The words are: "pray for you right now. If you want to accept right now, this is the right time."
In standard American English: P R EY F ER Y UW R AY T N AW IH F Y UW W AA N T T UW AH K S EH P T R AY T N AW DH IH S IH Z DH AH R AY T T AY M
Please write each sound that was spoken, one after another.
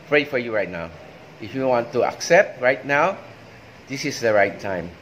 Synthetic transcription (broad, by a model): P R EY F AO Y UW R AY T N AW IH F Y UW W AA N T T UW AH K S EH P T R AY T N AW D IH S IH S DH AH R AY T T AY M